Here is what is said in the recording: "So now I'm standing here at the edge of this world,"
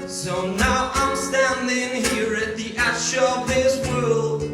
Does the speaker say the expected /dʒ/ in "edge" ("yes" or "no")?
no